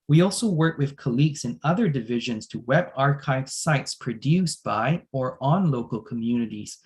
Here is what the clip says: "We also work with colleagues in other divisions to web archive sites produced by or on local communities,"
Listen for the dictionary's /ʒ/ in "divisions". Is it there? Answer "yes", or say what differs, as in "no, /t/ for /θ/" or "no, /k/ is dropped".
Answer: yes